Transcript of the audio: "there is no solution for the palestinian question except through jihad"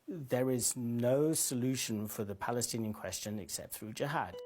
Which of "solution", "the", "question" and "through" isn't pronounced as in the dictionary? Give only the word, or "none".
none